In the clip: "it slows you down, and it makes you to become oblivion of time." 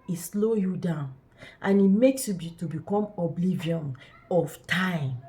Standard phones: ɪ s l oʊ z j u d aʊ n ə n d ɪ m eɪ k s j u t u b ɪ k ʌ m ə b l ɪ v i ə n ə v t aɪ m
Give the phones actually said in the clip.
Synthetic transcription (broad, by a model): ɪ s l oʊ j u d aʊ n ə n ɪ m eɪ k s j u t u b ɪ k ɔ m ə b l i v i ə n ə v t aɪ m